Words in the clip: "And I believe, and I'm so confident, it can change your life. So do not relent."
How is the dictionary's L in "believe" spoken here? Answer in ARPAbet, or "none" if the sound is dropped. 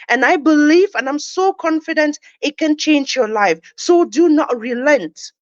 L